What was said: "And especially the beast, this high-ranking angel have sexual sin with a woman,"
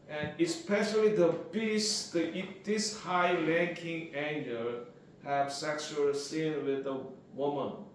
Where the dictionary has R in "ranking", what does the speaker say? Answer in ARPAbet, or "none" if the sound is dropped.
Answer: L